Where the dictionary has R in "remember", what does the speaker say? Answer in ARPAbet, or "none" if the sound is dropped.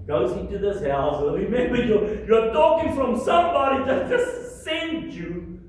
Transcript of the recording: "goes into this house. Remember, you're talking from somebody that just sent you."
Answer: W